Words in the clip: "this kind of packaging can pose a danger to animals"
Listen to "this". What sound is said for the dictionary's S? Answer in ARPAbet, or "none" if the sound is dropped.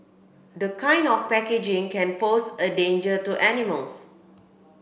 none